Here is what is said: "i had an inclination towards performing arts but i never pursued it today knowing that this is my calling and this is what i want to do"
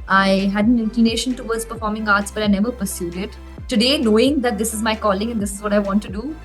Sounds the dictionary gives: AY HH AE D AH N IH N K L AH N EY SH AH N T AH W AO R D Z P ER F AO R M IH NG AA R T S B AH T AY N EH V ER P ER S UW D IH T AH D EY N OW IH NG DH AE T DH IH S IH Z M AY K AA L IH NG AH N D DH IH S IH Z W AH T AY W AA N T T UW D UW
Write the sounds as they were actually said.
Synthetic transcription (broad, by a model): AY HH AE D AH N IH N K L AH N EY SH AH N T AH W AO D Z P ER F AO R M IH NG AA R T S B AH T AY N EH V ER P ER S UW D IH T AH D EY N OW IH NG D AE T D IH S IH Z M AY K AA L IH NG AH N D IH S IH Z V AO T AY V AA N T T UW D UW